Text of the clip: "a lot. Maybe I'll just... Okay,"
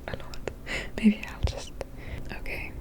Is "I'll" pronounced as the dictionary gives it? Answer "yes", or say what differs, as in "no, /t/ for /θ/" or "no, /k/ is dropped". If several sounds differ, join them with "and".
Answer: yes